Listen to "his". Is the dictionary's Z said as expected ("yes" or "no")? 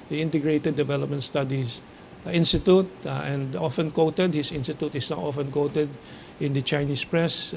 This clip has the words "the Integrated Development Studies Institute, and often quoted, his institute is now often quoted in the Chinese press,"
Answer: no